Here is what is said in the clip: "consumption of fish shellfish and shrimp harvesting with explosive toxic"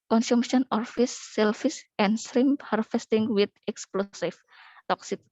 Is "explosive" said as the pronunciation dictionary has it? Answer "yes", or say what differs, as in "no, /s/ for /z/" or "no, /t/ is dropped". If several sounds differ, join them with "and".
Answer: no, /f/ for /v/